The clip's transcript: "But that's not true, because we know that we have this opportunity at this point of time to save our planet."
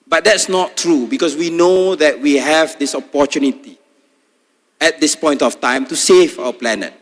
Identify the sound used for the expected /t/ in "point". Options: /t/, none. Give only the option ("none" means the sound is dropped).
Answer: /t/